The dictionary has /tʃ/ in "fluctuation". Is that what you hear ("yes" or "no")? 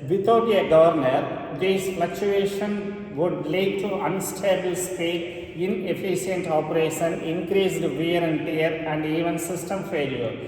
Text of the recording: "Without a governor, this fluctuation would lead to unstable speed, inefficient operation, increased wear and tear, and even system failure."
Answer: yes